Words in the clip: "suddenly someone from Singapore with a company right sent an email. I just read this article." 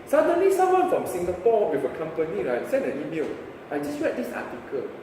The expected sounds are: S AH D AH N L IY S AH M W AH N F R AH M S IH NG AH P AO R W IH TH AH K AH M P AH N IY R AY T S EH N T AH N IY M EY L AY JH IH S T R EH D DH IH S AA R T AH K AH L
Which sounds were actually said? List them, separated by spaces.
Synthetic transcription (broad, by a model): S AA D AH N L IY S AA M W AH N F R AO M S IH NG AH P AO W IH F AH K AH M P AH N IY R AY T S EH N AH N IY M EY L AY JH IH S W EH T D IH S AA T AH K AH L